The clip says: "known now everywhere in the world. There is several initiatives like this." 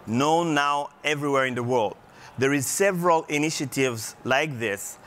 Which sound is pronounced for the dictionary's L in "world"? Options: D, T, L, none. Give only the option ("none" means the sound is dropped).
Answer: L